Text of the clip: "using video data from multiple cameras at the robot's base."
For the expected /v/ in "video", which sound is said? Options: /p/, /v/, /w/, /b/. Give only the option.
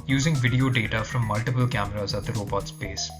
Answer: /v/